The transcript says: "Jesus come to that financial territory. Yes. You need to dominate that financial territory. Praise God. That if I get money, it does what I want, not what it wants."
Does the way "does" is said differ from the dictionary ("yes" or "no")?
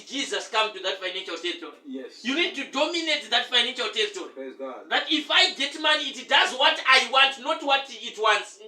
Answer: no